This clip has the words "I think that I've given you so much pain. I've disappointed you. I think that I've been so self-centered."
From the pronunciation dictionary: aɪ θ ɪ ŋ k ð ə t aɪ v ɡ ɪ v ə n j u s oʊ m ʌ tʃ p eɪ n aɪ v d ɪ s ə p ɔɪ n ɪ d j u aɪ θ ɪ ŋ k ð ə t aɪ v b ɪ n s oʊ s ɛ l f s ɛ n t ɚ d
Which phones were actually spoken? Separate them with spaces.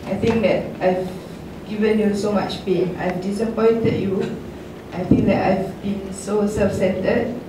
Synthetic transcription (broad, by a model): aɪ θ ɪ ŋ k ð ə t aɪ v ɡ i v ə n j u s oʊ m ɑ tʃ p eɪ aɪ v d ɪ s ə p ɔɪ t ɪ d j u aɪ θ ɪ ŋ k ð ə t aɪ v b ɪ n s oʊ s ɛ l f s ɛ n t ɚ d